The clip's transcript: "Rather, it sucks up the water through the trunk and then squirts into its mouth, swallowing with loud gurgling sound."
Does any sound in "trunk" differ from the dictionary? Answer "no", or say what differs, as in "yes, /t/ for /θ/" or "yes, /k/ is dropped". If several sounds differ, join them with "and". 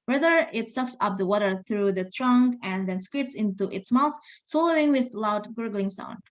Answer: no